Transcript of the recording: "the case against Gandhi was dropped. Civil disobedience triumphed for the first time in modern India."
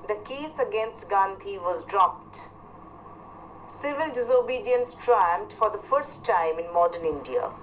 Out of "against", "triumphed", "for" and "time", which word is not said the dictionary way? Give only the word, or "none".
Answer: triumphed